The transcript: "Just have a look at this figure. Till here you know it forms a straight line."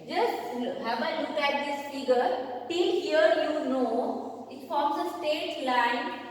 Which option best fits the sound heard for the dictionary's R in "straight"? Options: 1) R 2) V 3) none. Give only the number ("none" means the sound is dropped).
3